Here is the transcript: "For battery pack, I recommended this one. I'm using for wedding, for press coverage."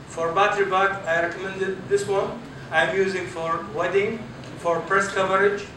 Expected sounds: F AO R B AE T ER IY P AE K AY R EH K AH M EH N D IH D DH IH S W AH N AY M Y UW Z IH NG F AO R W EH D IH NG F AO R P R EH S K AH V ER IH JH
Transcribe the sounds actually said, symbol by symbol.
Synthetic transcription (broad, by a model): F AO R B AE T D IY B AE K AY R EH K AH M EH N D IH D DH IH S W AH N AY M Y UW Z IH NG F AO R W EH D IH NG F AO R P R EH S K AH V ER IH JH